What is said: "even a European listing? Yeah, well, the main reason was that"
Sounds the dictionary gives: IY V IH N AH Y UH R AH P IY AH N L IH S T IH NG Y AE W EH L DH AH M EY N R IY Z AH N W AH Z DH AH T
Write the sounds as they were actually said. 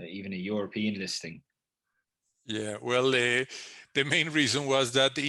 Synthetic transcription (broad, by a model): IY V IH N AH Y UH R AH P IY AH N L IH S T IH NG Y AE W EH L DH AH M EY N R IY Z AH N W AH Z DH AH T